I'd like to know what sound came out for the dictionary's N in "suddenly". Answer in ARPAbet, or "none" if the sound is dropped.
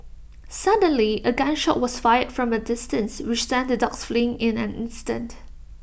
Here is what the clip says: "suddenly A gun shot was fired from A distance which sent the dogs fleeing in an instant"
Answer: N